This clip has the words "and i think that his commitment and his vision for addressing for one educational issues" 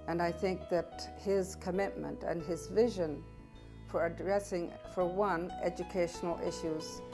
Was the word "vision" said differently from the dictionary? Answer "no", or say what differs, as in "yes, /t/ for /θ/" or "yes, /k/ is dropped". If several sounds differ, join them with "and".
no